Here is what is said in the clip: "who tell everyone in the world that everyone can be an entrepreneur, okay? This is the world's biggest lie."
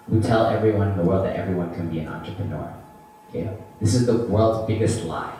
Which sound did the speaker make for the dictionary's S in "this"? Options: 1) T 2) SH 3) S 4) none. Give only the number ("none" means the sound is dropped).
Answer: 3